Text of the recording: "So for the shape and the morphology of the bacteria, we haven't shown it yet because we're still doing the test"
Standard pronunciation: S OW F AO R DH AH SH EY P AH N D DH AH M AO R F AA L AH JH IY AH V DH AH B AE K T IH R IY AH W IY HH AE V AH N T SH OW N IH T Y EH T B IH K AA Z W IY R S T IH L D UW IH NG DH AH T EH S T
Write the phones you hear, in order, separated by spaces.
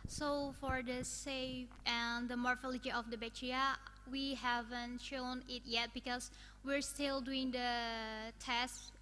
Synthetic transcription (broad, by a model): S OW F AO R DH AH S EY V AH N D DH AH M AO R F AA L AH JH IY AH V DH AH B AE T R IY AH W IY HH AE V AH N T SH OW N IH T Y EH T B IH K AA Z W IY R S T IH L D UW IH NG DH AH T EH S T